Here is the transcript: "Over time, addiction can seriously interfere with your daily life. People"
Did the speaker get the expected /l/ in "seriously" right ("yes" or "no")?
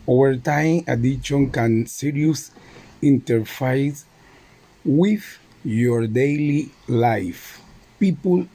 no